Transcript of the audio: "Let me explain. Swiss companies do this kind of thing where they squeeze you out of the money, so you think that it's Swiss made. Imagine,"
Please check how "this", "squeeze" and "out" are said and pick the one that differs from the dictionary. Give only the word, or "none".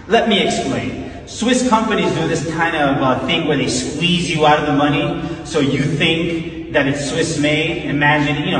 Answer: none